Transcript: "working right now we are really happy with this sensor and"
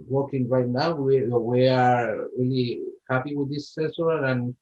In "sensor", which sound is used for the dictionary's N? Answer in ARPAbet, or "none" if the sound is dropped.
none